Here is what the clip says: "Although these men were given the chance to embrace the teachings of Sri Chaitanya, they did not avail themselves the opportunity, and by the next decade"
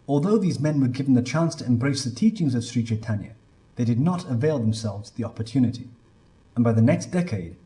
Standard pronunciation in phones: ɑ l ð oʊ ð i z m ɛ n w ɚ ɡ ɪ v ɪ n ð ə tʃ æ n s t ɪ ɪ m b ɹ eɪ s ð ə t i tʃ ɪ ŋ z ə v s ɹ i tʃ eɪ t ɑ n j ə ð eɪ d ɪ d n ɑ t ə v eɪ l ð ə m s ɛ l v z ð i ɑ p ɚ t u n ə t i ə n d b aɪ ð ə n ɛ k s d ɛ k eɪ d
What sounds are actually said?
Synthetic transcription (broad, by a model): ɑ l ð oʊ ð i z m ɛ n w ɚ ɡ ɪ v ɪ n ð ə tʃ æ n s t ɪ ɪ m b ɹ eɪ s ð ə t i tʃ ɪ ŋ z ə v s ɹ i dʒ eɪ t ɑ n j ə ð eɪ d ɪ d n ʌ t ə v eɪ l ð ə m s ɛ l v z ð i ɑ p ɚ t u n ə t i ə n b aɪ ð ə n ɛ k s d ɛ k eɪ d